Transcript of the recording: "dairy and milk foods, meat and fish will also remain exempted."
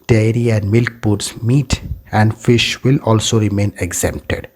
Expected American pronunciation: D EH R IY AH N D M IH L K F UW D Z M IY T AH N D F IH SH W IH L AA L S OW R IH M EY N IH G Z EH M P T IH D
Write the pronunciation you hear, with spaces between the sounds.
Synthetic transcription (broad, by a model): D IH R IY AH N D M IH L K P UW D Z M IY T AH N D F IH SH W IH L AA L S OW R IH M EY N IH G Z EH M P T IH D